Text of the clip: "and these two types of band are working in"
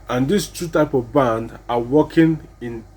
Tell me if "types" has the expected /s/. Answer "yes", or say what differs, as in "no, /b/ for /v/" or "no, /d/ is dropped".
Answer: no, /s/ is dropped